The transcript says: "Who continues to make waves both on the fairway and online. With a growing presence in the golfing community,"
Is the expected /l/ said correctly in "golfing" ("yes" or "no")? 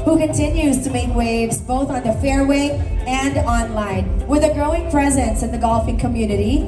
yes